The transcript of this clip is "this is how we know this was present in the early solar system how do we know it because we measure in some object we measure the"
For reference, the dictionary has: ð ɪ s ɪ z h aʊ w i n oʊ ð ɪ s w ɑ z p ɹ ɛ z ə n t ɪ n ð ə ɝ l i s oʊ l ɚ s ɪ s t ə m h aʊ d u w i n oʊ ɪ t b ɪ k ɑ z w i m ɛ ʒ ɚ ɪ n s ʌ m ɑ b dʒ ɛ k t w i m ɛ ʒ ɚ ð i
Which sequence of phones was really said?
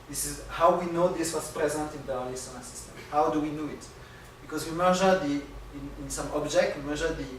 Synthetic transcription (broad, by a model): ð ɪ s ɪ z h aʊ w i n oʊ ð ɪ s w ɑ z p ɹ ɛ z ə n t ɪ n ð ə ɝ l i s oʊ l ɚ s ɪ s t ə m h aʊ d u w i n oʊ ɪ t b ɪ k ɑ z w i m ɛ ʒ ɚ ɪ n s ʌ m ɑ b dʒ ɛ k t w i m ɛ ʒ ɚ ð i